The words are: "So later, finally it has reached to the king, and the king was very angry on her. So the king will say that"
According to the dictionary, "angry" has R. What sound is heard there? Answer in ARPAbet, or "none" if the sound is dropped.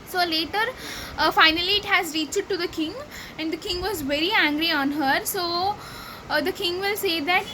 R